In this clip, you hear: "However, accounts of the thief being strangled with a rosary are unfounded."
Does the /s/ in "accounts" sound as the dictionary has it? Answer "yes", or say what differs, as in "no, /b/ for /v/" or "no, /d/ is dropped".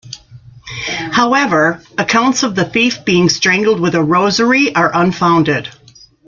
yes